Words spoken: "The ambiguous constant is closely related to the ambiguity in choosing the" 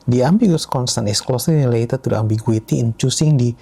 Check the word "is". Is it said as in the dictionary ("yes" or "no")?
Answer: no